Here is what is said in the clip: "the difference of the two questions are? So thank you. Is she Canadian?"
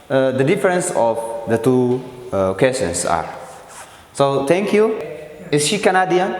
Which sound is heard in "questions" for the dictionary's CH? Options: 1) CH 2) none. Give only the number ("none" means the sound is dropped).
2